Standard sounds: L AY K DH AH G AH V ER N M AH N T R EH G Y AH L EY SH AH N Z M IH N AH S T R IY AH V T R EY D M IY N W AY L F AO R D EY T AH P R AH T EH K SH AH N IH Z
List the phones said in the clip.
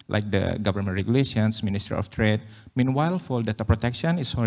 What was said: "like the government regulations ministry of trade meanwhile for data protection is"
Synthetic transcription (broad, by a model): L AY K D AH G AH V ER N M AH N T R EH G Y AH L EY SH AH N S M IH N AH S T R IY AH F T R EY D M IY N W AY L F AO L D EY T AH P R AH T EH K SH AH N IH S